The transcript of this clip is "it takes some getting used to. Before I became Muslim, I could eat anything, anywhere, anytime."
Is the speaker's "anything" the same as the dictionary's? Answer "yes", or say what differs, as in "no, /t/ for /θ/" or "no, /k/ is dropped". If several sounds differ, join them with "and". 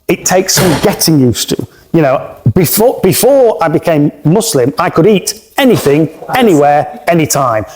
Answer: yes